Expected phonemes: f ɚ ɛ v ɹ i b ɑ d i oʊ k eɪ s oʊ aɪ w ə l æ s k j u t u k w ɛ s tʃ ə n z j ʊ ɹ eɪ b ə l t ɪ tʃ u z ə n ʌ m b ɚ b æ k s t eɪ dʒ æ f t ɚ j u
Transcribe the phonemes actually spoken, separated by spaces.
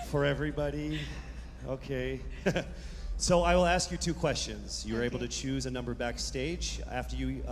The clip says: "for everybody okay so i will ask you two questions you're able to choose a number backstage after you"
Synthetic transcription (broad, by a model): f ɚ ɛ v ɹ i b ɑ d i oʊ k eɪ s oʊ aɪ w ə l æ s k j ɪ t u k w ɛ s tʃ ə n z j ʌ ɹ eɪ b l t ɪ tʃ u z ə n ʌ m b ɚ b æ k s t eɪ dʒ æ f t ɚ j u